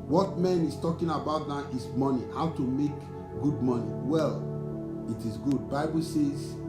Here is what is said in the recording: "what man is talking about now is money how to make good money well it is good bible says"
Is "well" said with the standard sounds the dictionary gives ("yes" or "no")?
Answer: yes